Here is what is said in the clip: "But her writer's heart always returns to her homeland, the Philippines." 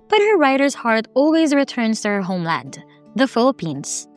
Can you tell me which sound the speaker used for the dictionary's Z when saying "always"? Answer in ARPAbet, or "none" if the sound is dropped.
Z